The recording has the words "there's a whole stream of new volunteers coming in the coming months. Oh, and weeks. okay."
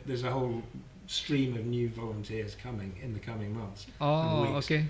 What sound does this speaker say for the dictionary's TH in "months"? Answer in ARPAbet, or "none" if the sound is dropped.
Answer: TH